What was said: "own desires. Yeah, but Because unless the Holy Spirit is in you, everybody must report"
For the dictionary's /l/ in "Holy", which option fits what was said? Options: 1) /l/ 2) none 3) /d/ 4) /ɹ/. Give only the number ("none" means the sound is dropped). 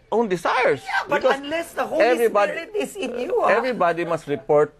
2